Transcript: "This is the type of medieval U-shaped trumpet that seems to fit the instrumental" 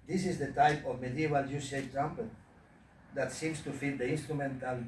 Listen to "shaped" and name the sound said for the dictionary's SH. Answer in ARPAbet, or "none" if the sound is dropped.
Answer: S